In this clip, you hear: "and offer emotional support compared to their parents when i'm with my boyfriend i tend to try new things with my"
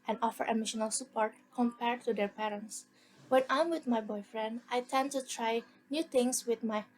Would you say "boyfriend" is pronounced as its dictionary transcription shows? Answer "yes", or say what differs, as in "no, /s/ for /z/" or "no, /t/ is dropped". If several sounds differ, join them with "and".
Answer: yes